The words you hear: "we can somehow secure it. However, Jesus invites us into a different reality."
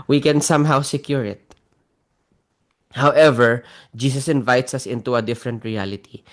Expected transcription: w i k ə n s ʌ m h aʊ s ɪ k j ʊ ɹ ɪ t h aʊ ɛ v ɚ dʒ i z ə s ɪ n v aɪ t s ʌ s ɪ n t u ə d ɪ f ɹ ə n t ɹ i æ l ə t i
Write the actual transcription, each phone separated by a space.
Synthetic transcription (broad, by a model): w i k ə n s ʌ m h aʊ s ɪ k j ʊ ɹ ɪ t h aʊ ɛ v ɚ dʒ i s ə s ɪ n v aɪ t s ʌ s ɪ n t u ə d ɪ f ɹ ə n t ɹ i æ l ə t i